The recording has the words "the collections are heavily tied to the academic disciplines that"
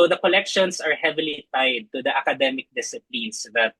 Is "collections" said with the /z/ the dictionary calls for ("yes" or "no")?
no